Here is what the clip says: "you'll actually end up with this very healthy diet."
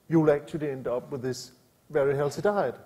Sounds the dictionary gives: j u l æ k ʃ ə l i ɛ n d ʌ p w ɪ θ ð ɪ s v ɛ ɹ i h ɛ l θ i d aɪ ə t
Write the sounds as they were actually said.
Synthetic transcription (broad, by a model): j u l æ k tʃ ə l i ɛ n d ʌ p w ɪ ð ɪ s v ɛ ɹ i h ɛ l s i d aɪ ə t